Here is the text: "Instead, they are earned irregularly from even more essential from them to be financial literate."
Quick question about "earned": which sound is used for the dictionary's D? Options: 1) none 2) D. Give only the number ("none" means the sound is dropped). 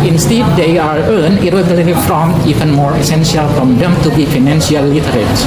1